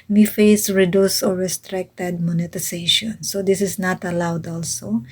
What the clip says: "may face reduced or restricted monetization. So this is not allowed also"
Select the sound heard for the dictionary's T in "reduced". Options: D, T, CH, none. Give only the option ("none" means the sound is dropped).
none